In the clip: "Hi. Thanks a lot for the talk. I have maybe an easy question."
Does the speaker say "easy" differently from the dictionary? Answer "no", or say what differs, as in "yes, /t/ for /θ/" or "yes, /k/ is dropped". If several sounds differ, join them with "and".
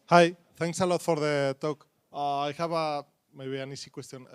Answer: yes, /s/ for /z/